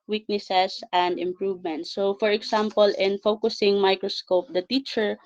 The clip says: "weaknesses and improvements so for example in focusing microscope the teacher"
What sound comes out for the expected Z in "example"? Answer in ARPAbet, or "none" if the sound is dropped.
S